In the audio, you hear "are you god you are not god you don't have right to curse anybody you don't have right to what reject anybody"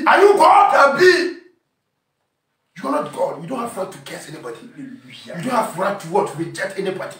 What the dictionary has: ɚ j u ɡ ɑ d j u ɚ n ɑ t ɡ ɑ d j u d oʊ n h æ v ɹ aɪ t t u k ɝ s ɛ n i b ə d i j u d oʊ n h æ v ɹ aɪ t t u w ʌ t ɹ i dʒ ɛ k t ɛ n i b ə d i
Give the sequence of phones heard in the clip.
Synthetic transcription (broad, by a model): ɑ j u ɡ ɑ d j u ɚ n ɑ t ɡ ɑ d j u d oʊ n h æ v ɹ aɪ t t u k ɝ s ɛ n i b ə d i j u d oʊ n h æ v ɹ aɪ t t u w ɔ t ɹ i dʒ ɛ t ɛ n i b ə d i